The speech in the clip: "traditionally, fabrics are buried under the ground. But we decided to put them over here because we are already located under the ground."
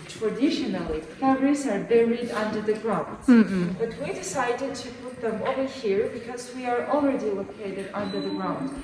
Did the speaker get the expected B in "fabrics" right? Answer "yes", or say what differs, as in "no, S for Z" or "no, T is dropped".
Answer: no, B is dropped